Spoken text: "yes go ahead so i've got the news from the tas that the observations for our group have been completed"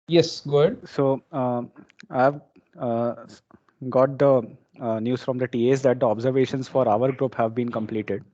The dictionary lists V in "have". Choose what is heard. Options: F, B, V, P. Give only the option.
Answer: V